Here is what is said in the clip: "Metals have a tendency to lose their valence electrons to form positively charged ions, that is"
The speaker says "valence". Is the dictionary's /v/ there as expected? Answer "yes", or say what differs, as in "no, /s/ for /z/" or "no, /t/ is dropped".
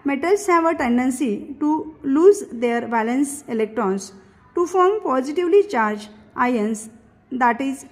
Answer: no, /b/ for /v/